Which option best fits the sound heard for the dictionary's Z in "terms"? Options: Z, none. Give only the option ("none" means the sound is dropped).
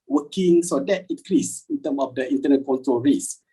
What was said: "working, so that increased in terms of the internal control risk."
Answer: none